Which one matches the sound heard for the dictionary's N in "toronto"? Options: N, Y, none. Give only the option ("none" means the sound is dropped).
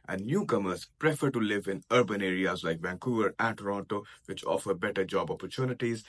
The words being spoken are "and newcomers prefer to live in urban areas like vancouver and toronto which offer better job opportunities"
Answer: N